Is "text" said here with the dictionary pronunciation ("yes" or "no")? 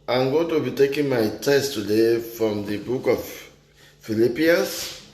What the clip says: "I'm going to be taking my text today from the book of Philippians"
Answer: no